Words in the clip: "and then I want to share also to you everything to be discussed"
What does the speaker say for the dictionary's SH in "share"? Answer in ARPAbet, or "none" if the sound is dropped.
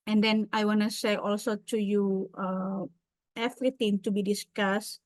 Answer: S